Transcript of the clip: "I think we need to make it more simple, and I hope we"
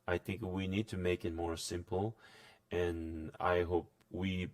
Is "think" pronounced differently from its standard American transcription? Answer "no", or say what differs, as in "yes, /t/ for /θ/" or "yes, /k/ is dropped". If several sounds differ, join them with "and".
no